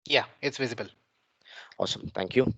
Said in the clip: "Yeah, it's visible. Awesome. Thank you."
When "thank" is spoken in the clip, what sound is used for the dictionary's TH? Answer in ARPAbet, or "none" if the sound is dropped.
T